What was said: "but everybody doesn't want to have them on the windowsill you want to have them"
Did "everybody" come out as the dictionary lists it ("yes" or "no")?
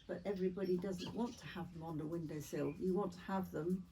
yes